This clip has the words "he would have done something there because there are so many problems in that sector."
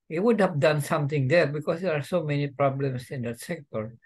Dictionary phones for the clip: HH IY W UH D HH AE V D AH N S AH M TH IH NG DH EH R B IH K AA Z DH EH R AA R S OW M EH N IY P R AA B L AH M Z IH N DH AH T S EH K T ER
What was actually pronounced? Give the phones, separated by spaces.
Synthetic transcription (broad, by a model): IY W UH D HH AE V D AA N S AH M T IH NG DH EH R B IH K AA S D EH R AA R S OW M EH N IY P R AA B L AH M S IH N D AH T S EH K T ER